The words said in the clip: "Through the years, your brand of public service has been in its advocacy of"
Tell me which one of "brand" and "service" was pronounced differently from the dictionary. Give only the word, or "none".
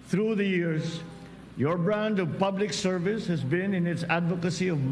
none